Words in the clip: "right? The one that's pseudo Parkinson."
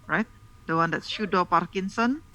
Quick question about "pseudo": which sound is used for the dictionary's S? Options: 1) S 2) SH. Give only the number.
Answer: 2